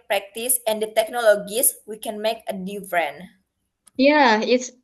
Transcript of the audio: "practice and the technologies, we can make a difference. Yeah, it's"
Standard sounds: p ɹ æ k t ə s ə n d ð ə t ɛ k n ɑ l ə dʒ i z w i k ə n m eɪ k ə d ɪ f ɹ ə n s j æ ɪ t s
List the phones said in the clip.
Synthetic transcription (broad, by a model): p ɹ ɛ k t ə s ə n d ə t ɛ k n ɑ l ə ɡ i s w i k ə n m eɪ k ə d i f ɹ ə n j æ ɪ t s